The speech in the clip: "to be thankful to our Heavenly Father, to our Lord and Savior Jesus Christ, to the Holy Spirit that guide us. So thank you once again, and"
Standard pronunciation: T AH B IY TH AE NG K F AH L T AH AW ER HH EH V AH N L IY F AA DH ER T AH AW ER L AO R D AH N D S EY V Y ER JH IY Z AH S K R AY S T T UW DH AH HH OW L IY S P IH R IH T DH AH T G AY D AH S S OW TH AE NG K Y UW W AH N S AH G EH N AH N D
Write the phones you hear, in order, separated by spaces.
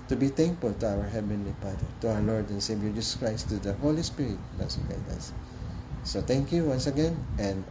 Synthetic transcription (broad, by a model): T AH B IY T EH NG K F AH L T AH AW ER HH EH V AH N L IY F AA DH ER T AH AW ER L AO R D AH N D S EY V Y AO JH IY S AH S K R AY S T T UW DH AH HH OW L IY S P IH R IH T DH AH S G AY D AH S S OW T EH NG K Y UW W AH N S AH G EH N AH N D